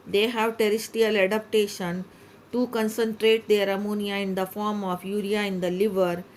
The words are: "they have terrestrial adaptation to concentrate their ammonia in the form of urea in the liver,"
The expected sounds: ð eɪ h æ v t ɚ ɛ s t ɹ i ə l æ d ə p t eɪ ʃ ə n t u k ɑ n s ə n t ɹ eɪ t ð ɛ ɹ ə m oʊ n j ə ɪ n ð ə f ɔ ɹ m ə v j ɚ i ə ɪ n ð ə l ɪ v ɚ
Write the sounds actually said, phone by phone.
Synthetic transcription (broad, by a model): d eɪ h æ v t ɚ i s t i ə l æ d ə p t eɪ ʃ ə n t u k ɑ n s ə n t ɹ eɪ t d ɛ ɹ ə m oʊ n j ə ɪ n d ə f ɔ ɹ m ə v j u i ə ɪ n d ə l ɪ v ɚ